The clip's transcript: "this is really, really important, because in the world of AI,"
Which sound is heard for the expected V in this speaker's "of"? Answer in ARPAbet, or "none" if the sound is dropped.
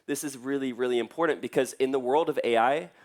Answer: V